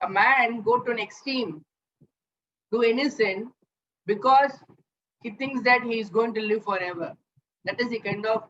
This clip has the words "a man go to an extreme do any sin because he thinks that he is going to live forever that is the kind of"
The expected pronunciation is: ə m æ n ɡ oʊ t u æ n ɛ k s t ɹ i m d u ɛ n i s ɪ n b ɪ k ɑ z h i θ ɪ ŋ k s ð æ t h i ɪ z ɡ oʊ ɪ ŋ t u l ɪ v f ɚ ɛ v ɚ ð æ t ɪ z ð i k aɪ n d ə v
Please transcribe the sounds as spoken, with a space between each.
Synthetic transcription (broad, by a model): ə m æ n ɡ oʊ t u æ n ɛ k s t i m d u ɛ n i s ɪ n b ɪ k ɑ z h i t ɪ ŋ k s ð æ t h i ɪ z ɡ oʊ ɪ ŋ t u l ɪ v f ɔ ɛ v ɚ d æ t ɪ z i k aɪ n d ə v